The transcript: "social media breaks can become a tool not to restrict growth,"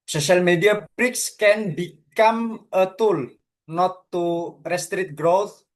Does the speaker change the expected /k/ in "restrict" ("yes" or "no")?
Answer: yes